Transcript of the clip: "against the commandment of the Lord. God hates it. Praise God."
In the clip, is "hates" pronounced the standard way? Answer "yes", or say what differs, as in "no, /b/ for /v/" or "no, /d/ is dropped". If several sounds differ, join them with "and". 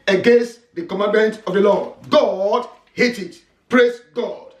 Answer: no, /s/ is dropped